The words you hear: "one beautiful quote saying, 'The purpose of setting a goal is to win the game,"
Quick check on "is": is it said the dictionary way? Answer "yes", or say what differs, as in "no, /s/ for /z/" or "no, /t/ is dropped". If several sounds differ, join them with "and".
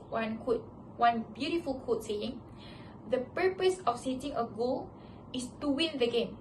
no, /s/ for /z/